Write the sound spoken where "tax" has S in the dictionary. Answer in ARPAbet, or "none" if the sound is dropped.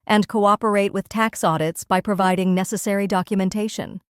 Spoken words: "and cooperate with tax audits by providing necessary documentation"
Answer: S